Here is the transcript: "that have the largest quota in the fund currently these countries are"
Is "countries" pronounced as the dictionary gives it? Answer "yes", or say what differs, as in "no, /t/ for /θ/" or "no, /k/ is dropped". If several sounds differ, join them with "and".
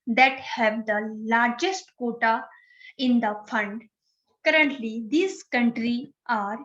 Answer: no, /z/ is dropped